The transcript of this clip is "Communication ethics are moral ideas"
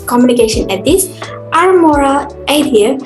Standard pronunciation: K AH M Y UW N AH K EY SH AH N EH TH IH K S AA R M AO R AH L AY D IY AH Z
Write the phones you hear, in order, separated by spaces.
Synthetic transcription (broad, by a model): K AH M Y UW N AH K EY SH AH N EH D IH S AA R M AO R AH L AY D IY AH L